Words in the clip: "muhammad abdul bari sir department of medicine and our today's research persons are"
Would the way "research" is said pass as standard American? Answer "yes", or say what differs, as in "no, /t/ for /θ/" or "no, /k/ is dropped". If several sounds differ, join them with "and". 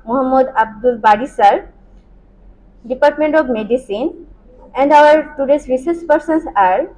no, /s/ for /tʃ/